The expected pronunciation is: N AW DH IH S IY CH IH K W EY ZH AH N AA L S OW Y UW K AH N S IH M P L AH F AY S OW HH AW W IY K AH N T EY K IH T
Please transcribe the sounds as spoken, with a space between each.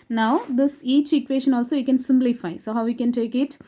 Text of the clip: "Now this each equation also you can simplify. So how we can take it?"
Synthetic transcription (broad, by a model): N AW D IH S IY CH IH K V EY SH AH N AA L S OW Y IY K AH N S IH M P L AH F AY S OW HH AW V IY K AH N T EY K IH T